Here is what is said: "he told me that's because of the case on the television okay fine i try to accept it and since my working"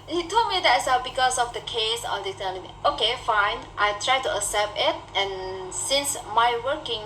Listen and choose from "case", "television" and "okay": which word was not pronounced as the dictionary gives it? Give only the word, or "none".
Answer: television